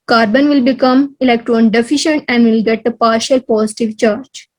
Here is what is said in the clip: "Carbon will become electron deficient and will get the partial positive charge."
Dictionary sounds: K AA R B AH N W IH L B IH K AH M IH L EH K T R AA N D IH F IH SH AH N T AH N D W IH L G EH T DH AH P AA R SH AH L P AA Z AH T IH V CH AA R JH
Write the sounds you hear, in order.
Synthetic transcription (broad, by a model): K AA R B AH N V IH L B IH K AH M IH L EH K T R AA N D IH F IH SH AH N T AH N D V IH L G EH T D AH P AA R SH AH L P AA S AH T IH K CH AA R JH